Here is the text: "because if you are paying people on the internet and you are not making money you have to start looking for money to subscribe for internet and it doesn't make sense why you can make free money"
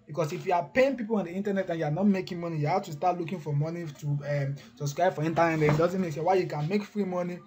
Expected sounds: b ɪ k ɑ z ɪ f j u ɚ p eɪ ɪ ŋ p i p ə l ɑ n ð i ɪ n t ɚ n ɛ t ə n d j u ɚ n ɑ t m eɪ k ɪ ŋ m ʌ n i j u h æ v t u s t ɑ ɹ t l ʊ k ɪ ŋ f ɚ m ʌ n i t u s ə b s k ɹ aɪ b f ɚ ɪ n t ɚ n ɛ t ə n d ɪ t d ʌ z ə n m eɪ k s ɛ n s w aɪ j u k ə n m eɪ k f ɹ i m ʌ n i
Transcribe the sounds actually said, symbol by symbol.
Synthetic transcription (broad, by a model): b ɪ k ɑ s ɪ f j u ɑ p eɪ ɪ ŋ p i p ə l ɑ n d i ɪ n t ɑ n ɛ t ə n j u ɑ n ɑ t m eɪ k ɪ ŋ m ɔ n i j u h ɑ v t u s t ɑ t l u k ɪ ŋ f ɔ m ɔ n i t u s ə b s k ɹ aɪ b f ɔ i n t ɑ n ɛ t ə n ɪ t d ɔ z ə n m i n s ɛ w aɪ j u k ə n m eɪ k f ɹ i m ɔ n i